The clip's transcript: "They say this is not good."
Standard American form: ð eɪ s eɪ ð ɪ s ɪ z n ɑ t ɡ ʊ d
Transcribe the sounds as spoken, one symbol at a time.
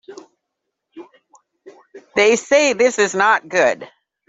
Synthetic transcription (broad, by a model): ð eɪ s eɪ ð ɪ s ɪ z n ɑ t ɡ ʊ d